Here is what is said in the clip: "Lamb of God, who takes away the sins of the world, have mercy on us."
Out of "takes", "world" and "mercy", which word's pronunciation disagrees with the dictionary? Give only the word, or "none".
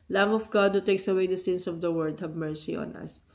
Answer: world